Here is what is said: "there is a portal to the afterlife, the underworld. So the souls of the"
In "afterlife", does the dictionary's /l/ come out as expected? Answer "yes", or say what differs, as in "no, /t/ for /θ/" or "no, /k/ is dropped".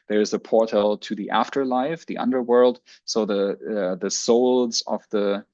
yes